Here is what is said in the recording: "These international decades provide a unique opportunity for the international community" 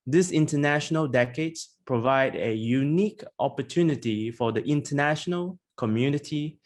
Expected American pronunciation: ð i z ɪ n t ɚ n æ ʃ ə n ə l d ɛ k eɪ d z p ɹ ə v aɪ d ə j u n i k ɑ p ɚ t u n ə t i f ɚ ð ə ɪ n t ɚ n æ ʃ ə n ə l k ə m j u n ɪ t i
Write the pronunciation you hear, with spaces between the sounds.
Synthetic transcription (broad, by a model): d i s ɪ n t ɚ n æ ʃ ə n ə l d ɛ k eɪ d p ɹ ə v aɪ d ə j u n i k ɑ p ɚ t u n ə t i f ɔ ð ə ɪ n t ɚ n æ ʃ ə n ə l k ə m j u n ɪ t i